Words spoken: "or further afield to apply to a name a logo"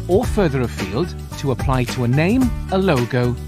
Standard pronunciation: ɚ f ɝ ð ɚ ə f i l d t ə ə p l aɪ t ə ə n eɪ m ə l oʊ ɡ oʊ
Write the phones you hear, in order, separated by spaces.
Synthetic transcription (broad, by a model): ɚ f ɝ ð ɚ ə f i l d t ə ə p l aɪ t ə ə n eɪ m ə l oʊ ɡ oʊ